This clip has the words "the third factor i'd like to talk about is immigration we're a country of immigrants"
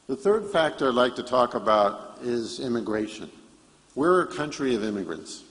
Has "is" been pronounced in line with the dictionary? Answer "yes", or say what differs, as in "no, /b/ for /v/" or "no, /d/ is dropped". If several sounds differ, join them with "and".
yes